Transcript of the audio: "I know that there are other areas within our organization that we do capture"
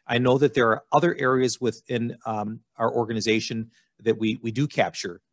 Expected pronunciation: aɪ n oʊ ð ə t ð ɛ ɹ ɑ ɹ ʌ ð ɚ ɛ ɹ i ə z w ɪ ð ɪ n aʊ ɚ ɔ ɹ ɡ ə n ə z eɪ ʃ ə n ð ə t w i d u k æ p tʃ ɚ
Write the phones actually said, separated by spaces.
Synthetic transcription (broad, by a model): aɪ n oʊ ð ə t ð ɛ ɹ ɑ ɹ ʌ ð ɚ ɛ ɹ i ə z w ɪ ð ɪ n aʊ ɚ ɔ ɹ ɡ ə n ə z eɪ ʃ ə n ð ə t w i d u k æ p tʃ ɚ